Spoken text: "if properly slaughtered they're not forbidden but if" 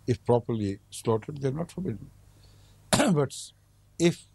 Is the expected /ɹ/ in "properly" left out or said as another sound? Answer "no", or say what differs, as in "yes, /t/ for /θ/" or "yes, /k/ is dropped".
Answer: no